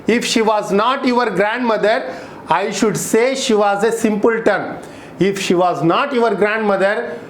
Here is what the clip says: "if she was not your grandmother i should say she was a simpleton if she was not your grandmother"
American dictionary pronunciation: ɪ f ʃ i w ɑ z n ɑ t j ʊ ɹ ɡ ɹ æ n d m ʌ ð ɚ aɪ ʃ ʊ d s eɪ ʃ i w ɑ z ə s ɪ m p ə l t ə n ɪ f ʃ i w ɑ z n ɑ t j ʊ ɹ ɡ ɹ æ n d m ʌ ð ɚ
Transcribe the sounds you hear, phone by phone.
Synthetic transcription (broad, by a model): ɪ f ʃ i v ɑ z n ɑ t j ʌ ɹ ɡ ɹ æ n d m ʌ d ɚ aɪ ʃ ʊ d s eɪ ʃ i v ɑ z ə s ɪ m p ə l t ə n ɪ f ʃ i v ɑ z n ɑ t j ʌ ɹ ɡ ɹ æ n d m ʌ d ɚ